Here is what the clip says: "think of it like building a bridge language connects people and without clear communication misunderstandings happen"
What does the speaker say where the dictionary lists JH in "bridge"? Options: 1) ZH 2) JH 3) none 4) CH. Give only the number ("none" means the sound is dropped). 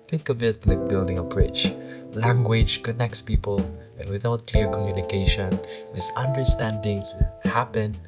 4